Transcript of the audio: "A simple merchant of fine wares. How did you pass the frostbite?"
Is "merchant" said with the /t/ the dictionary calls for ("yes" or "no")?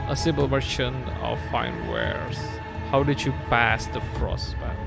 no